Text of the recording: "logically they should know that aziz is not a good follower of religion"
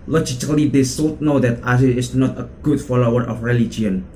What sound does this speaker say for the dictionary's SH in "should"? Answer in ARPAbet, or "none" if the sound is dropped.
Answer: S